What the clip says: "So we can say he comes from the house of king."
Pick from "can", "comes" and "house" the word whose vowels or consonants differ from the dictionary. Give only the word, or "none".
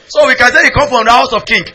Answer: comes